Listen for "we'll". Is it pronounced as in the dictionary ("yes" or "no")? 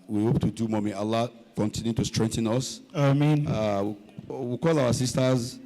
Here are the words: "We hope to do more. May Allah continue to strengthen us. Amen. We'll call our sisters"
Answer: no